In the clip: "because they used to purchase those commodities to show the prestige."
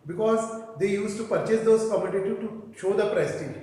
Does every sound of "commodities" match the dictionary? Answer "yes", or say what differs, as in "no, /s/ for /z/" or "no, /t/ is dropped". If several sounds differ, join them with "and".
no, /z/ is dropped